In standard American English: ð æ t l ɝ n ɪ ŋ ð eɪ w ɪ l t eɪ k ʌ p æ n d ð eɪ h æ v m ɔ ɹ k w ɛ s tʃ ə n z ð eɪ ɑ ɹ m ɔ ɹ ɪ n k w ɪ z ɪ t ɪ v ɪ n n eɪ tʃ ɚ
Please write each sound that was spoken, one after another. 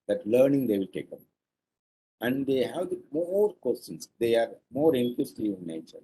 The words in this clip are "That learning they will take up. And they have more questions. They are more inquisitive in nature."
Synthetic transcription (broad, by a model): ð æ t l ɝ n ɪ ŋ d eɪ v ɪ l t eɪ k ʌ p æ n d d eɪ h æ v m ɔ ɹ k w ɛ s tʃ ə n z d eɪ ɑ ɹ m ɔ ɹ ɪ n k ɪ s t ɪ ɪ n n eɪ tʃ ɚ